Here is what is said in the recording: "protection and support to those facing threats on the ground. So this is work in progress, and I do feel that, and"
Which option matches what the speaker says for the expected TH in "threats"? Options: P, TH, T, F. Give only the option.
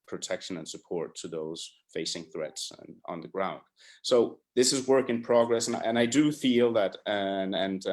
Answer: TH